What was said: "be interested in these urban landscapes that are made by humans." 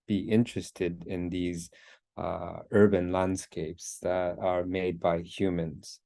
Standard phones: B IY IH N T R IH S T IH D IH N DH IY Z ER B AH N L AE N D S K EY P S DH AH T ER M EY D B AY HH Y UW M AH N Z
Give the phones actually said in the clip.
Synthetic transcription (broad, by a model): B IY IH N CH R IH S T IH D IH N DH IY Z ER B AH N L AE N D S K EY P S DH AH T ER M EY D B AY HH Y UW M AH N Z